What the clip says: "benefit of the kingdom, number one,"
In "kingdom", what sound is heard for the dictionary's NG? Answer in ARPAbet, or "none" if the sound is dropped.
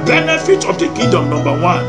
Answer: none